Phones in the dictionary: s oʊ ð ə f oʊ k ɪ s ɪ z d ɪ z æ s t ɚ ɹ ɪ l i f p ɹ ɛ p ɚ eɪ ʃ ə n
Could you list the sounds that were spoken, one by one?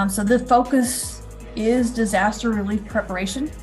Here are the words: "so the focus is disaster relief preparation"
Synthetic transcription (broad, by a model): s oʊ ð ə f oʊ k ɪ s ɪ z d ɪ z æ s t ɚ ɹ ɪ l i f p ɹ ɛ p ɚ eɪ ʃ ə n